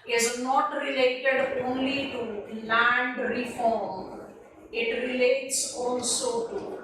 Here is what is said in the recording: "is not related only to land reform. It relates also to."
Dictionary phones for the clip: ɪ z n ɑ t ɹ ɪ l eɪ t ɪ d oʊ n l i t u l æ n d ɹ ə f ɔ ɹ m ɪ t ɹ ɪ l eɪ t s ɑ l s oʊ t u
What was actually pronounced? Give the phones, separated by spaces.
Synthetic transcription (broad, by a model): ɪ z n ɑ t ɹ ɪ l eɪ t ɪ d oʊ n l i t u l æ n d ɹ ə f ɔ ɹ m ɪ t ɹ ɪ l eɪ t s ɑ n s oʊ t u